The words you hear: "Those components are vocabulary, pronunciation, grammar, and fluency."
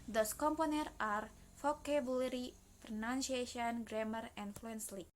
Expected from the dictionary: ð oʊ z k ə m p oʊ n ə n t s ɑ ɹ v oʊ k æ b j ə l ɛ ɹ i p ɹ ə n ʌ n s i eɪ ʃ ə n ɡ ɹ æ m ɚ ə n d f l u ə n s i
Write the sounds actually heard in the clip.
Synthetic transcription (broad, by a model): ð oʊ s k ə m p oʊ n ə t ɑ ɹ f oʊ k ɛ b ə l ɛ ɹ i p ɹ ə n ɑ n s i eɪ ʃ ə n ɡ ɹ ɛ m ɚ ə n f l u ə n s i